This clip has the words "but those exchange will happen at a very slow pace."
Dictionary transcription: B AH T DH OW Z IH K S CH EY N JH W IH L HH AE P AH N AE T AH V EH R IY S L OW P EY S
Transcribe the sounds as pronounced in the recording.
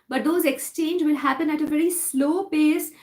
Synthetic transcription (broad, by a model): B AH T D OW Z IH K S CH EY N JH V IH L HH AE P AH N AE T AH V EH R IY S L OW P EY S